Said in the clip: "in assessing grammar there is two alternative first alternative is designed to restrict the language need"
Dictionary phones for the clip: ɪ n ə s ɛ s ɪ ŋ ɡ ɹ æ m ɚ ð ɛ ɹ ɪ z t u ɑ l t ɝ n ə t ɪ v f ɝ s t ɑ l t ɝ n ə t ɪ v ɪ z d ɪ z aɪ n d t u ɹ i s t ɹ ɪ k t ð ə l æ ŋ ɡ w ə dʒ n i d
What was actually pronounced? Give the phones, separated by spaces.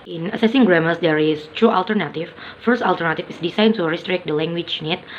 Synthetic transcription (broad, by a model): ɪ n ə s ɛ s ɪ ŋ ɡ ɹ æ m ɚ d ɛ ɹ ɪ s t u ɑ l t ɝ n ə t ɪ f f ɝ s t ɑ l t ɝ n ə t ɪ f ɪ s d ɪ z aɪ n t u ɹ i s t ɹ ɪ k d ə l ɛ ŋ ɡ w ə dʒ n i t